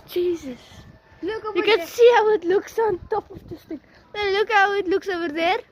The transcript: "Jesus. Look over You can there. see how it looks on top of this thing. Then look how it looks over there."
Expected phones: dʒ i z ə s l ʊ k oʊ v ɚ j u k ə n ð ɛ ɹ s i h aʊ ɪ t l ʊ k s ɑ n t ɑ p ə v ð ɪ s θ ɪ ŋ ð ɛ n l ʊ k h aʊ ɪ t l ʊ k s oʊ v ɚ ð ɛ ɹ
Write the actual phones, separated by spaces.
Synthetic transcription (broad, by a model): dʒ i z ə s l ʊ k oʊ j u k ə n s i h aʊ ɪ t l ʊ k s ɑ n t ɑ p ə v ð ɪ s t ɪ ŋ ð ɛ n l ʊ k h aʊ ɪ t l ʊ k s oʊ v ɚ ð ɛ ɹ